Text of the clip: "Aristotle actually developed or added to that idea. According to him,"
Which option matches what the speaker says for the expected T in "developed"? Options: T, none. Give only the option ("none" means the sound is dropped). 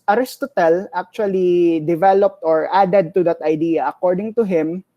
T